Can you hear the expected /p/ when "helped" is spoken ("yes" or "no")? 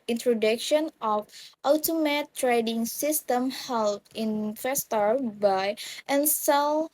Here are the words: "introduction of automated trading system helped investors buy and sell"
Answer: no